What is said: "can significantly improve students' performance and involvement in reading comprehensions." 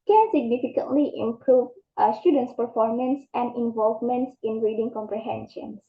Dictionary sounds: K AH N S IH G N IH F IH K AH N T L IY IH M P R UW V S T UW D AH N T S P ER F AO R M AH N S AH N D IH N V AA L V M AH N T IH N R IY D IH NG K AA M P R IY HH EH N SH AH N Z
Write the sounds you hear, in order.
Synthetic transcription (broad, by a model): K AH N S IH G N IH F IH K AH N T L IY IH M P R UW V S T UW D AH N T S P ER F AO R M AH N S AH N D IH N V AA L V M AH N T IH N R IY D IH NG K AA M P R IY HH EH N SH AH N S